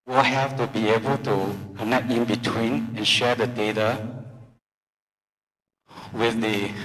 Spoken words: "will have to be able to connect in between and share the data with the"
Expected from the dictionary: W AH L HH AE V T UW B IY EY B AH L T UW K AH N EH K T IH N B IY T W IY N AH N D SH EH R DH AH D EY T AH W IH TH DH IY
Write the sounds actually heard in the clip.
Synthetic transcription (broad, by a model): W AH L HH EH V T UW B IY EY B AH L T UW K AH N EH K IH N B IY T W IY N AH N SH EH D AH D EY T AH W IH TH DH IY